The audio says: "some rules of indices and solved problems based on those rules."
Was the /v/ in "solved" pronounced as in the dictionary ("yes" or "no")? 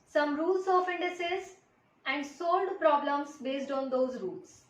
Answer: no